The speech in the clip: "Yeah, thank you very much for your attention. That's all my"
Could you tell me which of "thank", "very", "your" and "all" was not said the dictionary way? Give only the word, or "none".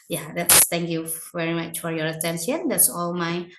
thank